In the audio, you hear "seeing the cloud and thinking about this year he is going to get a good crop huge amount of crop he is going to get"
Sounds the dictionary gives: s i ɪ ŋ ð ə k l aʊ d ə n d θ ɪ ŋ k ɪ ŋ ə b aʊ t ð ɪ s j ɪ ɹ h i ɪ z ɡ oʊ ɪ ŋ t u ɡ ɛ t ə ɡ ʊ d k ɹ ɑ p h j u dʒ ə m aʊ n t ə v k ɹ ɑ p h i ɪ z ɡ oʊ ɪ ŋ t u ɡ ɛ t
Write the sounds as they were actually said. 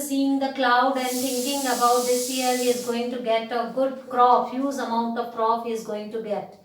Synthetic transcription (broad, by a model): s i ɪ ŋ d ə k l aʊ d ə n d t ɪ ŋ k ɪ ŋ ə b aʊ t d ɪ s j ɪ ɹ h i ɪ z ɡ oʊ ɪ ŋ t u ɡ ɛ t ə ɡ ʊ d k ɹ ɑ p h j u z ə m aʊ n t ə v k ɹ ɑ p h i ɪ z ɡ oʊ ɪ ŋ t u ɡ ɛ t